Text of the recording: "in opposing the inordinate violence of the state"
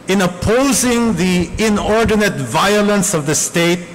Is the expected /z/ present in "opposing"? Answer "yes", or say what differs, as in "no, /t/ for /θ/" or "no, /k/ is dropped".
yes